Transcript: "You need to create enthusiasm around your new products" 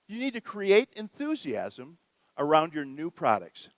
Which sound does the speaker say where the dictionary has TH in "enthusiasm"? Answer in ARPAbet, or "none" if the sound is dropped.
TH